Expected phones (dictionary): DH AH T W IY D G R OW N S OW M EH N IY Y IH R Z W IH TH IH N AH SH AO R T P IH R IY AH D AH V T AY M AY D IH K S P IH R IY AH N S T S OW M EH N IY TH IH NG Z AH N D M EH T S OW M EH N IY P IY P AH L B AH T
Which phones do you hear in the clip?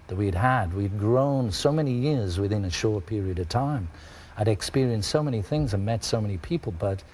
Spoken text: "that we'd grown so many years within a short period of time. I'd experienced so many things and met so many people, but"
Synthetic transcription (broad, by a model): DH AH T W IY D G R OW N S OW M EH N IY Y IH R Z W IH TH IH N AH SH AO R T P IH R IY AH D AH V T AY M AY D IH K S P IH R IY AH N S T S OW M EH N IY TH IH NG Z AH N M EH T S OW M EH N IY P IY P L B AH T